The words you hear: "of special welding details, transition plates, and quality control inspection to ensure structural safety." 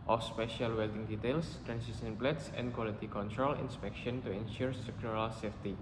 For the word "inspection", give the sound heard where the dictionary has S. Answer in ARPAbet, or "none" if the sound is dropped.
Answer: S